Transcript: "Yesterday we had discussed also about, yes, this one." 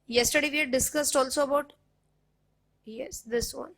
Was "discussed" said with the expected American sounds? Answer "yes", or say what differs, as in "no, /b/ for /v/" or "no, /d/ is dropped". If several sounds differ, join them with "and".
yes